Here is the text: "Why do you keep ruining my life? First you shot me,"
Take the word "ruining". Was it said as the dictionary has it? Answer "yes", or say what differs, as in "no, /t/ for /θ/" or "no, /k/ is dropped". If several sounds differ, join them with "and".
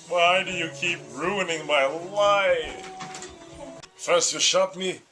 yes